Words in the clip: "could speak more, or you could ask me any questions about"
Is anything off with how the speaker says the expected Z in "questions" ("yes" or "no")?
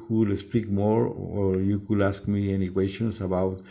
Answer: yes